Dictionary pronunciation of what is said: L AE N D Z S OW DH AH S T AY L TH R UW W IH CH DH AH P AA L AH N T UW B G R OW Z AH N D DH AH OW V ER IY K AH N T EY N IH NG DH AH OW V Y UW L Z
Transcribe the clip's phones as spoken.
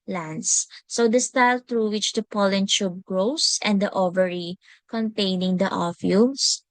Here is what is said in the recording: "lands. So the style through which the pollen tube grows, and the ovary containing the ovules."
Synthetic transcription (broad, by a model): L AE N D S OW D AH S T AY L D R UW W IH CH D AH P AA L AH N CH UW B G R OW S AH N D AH OW V ER IY K AH N T EY N IH NG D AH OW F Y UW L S